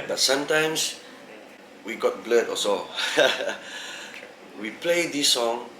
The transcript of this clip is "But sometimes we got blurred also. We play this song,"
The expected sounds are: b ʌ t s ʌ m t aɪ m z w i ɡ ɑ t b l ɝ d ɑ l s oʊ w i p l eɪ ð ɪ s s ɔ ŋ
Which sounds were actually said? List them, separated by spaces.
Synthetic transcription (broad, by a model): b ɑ t s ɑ m t aɪ m s w i ɡ ɑ t b l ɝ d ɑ s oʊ w i p l eɪ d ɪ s s ɔ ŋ